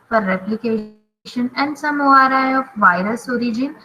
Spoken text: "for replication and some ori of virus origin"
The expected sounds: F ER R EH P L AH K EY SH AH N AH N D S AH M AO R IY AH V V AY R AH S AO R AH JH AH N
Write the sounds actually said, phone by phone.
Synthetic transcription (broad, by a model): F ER R EH P L AH K EY SH AH N AH N D S AH M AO R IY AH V V AY R AH S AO R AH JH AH N